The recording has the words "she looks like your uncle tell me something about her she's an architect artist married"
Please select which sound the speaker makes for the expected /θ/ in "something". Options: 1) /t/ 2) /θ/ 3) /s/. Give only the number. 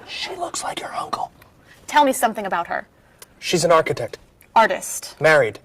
2